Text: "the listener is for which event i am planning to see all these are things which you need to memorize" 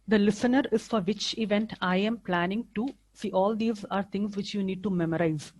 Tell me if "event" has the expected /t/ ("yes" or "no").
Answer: yes